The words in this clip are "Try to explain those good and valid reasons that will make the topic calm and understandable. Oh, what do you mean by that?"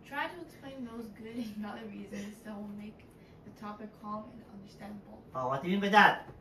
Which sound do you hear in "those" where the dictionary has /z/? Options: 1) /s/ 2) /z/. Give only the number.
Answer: 2